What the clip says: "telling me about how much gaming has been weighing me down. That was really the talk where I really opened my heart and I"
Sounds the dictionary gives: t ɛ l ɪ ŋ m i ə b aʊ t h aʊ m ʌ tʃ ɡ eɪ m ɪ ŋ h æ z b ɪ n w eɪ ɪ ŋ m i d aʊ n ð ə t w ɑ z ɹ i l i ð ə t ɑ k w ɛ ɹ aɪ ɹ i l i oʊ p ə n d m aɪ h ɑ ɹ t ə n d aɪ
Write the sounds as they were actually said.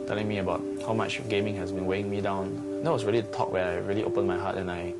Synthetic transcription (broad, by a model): t ɛ l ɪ ŋ m i ə b aʊ t h aʊ m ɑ tʃ ɡ eɪ m ɪ ŋ h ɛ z b ɪ n w eɪ ɪ ŋ m i d aʊ n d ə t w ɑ s ɹ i l i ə t ɑ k w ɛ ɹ aɪ ɹ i l i oʊ p ə n m aɪ h ɑ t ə n aɪ